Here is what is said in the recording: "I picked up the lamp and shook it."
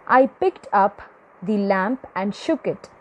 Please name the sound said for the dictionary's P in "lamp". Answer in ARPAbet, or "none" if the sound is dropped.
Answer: P